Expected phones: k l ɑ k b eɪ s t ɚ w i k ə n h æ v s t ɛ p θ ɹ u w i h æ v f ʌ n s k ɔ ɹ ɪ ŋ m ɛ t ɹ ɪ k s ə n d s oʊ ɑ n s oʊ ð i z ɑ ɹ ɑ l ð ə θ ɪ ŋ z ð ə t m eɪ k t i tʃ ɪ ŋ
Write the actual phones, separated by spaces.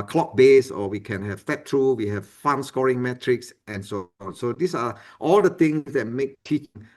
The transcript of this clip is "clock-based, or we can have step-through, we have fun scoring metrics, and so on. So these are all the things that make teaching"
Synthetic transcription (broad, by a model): k l ɑ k b eɪ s ɔ w i k ə n h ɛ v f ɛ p t ɹ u w i h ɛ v f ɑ n s k ɔ ɹ ɪ ŋ m ɛ t ɹ ɪ k s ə n s oʊ ɑ n s oʊ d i s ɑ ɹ ɑ l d ə t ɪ ŋ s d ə t m eɪ k t i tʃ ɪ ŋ